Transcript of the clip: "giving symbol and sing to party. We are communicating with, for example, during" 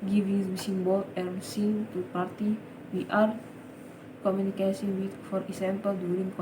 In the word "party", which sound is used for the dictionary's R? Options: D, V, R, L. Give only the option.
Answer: R